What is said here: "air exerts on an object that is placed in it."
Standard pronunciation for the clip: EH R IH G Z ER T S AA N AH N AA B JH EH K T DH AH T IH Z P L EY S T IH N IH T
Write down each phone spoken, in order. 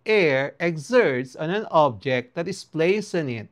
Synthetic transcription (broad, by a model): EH R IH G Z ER T S AA N AH N AA B JH EH K T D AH T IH S P L EY S IH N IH T